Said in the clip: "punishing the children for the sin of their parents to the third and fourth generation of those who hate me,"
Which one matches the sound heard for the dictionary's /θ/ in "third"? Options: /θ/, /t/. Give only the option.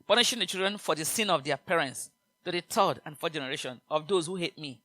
/t/